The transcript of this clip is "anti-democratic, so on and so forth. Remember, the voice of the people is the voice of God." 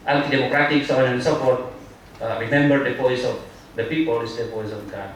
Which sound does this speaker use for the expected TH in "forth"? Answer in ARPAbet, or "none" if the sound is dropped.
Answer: T